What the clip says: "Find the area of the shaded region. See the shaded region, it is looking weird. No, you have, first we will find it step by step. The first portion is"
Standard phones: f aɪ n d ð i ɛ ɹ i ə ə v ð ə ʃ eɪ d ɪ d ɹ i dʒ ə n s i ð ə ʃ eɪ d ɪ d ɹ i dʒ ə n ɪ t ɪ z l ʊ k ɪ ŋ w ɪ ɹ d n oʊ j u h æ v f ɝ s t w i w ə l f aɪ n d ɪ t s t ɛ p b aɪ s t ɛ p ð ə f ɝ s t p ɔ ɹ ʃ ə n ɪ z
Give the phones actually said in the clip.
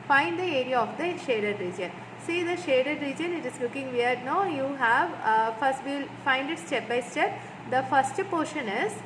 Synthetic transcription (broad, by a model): f aɪ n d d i ɛ ɹ i ə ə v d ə ʃ eɪ d ɪ d ɹ i dʒ ə n s i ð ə ʃ eɪ d ɪ d ɹ i dʒ ə n ɪ t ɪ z l ʊ k ɪ ŋ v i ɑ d n oʊ j u h æ v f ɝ s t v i l f aɪ n d ɪ t s t ɛ p b aɪ s t ɛ p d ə f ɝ s t p ɔ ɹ ʃ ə n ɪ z